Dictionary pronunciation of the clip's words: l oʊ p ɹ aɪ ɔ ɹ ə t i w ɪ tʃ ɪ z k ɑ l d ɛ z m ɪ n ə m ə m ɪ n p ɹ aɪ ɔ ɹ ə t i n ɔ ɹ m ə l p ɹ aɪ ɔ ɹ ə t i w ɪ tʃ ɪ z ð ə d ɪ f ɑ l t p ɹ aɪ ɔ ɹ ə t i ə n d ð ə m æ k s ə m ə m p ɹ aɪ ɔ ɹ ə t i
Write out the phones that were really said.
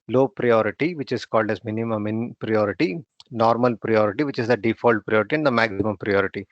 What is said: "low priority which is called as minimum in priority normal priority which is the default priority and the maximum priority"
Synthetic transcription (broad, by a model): l oʊ p ɹ aɪ ɔ ɹ ə t i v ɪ tʃ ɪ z k ɑ l d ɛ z m ɪ n ə m ə m ɪ n p ɹ aɪ ɔ ɹ ə t i n ɔ ɹ m ə l p ɹ aɪ ɔ ɹ ə t i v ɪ tʃ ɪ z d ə d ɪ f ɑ l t p ɹ aɪ ɔ ɹ ə t i ə n d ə m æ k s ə m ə m p ɹ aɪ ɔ ɹ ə t i